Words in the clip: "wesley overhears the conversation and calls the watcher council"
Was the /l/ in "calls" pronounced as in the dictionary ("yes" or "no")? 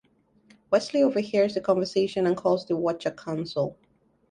yes